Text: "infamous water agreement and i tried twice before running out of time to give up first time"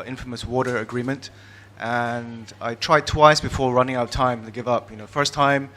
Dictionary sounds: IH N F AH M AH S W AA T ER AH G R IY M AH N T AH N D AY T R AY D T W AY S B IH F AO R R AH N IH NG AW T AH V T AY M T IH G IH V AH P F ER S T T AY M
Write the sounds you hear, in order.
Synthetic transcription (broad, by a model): IH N F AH M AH S W AA T ER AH G R IY M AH N T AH N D AY T R AY D T W AY S B IH F AO R R AH N IH NG AW T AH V T AY M T IH G IH V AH P F ER S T T AY M